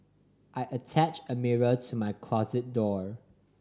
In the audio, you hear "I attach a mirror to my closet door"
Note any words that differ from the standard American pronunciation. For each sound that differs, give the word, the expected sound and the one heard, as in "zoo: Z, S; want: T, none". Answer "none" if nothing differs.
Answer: none